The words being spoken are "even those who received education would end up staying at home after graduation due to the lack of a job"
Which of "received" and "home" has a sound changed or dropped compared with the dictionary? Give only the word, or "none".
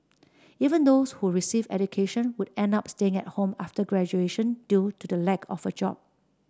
received